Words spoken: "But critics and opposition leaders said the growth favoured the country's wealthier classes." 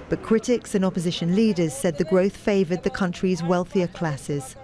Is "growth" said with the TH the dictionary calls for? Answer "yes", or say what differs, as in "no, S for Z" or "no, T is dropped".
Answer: yes